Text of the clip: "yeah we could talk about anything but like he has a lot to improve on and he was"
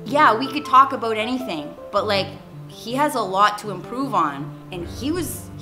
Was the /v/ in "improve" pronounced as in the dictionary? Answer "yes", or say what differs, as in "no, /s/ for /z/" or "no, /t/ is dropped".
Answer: yes